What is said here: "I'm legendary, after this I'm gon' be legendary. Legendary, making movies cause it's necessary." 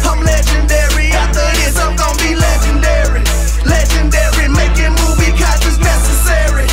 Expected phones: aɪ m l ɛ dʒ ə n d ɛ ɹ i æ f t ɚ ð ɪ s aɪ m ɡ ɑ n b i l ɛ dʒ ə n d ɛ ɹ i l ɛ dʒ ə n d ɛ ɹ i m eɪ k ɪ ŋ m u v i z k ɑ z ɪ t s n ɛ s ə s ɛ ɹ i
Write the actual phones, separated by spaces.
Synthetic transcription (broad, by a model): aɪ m l ɛ dʒ ə n d ɛ ɹ i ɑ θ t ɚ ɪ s aɪ m ɡ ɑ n b i l ɛ dʒ ə n d ɛ ɹ i l ɛ dʒ ə n d ɛ ɹ i m eɪ k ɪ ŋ m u v i k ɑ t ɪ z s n ɛ s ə s ɛ ɹ i